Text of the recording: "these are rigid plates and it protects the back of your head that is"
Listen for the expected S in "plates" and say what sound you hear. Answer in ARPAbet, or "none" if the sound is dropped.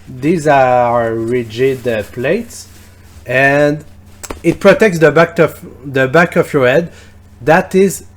S